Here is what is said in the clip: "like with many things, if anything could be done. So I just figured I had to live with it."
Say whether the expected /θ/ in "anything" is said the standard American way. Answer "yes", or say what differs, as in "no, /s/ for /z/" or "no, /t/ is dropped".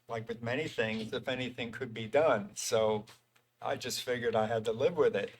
yes